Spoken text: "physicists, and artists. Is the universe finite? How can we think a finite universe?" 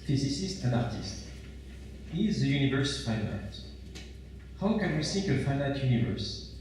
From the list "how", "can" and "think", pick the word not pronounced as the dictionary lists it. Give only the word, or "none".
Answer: think